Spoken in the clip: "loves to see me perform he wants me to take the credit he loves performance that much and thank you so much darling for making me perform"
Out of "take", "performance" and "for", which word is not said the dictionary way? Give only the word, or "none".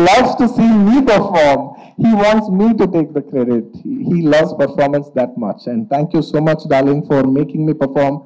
none